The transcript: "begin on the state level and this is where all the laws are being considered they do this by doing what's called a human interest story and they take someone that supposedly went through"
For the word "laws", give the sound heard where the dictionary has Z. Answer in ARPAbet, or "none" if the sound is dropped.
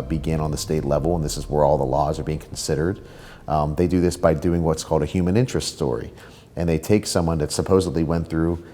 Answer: Z